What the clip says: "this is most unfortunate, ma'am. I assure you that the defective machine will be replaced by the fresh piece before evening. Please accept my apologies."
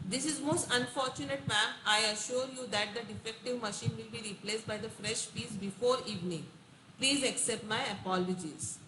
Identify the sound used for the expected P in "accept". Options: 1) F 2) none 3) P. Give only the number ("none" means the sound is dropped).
3